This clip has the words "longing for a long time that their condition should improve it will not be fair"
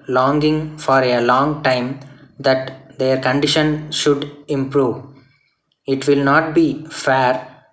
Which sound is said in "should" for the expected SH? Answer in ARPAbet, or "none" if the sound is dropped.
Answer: SH